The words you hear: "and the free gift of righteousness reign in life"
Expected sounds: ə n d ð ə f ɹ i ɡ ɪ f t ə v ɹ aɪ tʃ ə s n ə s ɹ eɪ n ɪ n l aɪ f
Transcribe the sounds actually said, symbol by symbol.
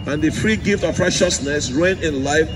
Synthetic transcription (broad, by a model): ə n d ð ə f ɹ i ɡ ɪ f t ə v ɹ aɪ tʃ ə s n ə s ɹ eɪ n ɪ n l aɪ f